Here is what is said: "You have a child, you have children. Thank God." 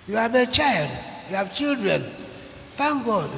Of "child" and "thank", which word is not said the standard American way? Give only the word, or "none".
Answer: thank